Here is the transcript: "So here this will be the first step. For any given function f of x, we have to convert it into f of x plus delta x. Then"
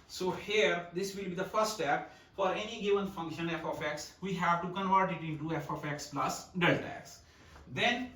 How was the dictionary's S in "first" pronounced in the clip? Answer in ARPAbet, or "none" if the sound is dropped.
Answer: none